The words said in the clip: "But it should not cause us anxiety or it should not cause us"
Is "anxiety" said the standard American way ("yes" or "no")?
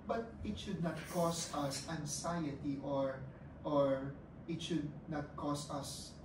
no